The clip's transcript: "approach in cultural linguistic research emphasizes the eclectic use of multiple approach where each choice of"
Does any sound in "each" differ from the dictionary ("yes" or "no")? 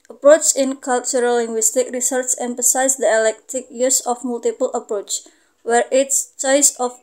yes